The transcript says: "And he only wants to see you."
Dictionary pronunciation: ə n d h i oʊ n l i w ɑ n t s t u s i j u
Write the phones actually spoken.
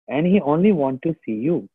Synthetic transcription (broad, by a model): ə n d h i oʊ n l i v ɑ n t t u s i j u